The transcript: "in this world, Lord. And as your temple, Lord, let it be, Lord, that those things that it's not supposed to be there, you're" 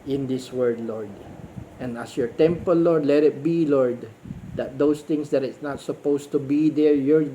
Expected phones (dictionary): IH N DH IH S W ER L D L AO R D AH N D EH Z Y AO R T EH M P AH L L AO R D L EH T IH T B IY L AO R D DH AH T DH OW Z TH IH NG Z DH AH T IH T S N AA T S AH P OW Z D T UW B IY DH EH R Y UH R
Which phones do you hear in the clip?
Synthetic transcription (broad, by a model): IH N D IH S W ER D L AO R D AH N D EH S Y AO R T EH M P AH L L AO R D L EH T IH T B IY L AO R D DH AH T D OW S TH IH NG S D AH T IH T S N AA T S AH P OW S T UW B IY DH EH R Y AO R